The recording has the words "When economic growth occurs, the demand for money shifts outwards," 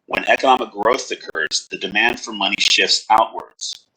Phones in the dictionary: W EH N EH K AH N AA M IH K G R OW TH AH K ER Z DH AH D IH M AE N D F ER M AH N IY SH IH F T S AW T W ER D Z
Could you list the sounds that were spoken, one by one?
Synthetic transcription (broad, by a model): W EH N EH K AH N AA M IH K G R OW TH AH K ER Z DH AH D IH M AE N D F ER M AH N IY SH IH F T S AW T W ER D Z